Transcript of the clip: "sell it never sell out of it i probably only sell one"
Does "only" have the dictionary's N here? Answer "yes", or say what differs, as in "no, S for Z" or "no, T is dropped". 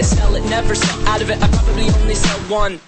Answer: yes